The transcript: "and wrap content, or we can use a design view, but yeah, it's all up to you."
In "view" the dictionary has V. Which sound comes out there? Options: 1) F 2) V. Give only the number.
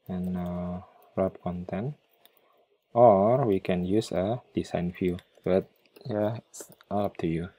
1